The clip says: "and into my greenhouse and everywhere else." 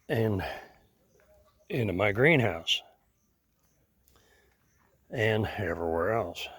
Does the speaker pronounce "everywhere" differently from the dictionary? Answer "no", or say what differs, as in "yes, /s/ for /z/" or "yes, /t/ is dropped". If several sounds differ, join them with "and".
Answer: no